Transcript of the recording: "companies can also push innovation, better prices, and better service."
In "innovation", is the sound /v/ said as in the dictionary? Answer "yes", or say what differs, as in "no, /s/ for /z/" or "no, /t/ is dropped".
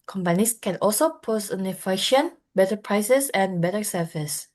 no, /f/ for /v/